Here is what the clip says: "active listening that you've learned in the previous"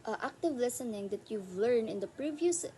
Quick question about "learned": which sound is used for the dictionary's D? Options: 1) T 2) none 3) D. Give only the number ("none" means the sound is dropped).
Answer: 2